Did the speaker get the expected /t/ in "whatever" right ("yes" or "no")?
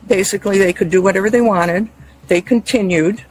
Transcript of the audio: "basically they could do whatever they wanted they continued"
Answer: yes